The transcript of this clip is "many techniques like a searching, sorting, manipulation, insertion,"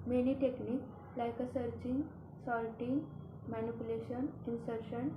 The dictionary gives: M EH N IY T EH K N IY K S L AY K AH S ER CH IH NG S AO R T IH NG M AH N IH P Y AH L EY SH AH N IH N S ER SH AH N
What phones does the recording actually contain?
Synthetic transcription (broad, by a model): M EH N IY T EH K N IY K L AY K AH S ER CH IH NG S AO L T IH NG M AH N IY P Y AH L EY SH AH N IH N S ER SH AH N